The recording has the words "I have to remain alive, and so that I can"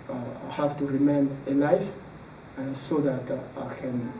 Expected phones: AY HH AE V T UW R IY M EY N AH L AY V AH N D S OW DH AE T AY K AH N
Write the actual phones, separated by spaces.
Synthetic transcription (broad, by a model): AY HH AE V T UW R IY M EY N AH L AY AH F S OW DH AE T AY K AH N